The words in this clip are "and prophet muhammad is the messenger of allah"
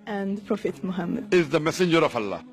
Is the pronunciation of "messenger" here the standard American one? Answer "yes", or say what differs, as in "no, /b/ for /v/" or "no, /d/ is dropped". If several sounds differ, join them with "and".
yes